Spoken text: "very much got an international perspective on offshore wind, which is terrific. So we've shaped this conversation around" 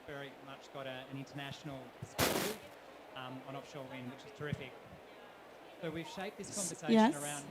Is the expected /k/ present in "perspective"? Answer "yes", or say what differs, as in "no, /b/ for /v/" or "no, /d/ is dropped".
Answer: no, /k/ is dropped